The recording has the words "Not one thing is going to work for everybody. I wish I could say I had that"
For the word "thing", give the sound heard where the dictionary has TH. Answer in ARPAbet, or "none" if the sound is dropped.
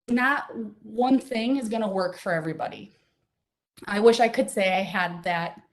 TH